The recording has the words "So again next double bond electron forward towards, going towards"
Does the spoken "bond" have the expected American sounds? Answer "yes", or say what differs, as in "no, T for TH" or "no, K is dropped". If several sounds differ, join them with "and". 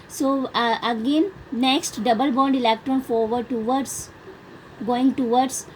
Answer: yes